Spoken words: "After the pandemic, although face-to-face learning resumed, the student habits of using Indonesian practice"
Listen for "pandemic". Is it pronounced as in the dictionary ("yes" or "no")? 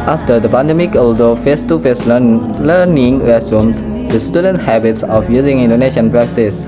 yes